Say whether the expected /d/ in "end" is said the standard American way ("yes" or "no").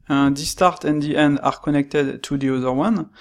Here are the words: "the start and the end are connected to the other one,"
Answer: yes